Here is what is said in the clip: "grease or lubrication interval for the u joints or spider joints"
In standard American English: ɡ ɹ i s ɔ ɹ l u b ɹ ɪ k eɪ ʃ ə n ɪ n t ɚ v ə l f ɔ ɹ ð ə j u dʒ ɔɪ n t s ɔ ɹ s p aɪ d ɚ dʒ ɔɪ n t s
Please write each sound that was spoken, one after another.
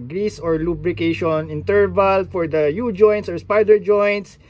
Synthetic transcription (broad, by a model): ɡ ɹ i s ɔ ɹ l u b ɹ ɪ k eɪ ʃ ə n ɪ n t ɚ v ə l f ɔ ɹ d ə j u dʒ ɔɪ n t s ɔ ɹ s p aɪ d ɚ dʒ ɔɪ n t s